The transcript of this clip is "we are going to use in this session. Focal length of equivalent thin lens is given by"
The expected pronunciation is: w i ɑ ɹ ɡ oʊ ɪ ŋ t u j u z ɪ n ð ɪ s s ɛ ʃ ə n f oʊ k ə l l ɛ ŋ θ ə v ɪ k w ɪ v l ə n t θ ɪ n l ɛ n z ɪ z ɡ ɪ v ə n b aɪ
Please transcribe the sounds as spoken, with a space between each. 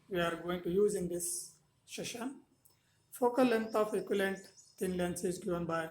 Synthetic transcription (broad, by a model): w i ɑ ɹ ɡ oʊ ɪ ŋ t u j u z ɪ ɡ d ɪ s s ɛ ʃ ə n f oʊ k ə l l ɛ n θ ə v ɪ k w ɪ l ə n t t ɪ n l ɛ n s ɪ z ɡ ɪ v ə n b aɪ